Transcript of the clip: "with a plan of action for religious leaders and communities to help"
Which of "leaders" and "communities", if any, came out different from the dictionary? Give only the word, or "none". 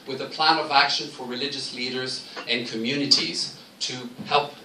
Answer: none